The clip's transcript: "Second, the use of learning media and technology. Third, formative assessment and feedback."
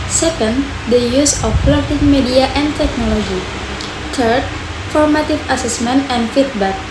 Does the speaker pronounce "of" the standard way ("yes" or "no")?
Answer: no